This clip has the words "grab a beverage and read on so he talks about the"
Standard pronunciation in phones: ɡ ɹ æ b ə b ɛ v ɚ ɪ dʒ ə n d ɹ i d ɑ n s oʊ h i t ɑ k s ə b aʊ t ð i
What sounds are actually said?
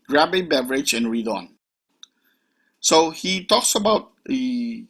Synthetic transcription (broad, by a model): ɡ ɹ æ b ə b ɛ v ɚ ɪ dʒ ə n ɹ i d ɑ n s oʊ h i t ɑ k s ə b aʊ t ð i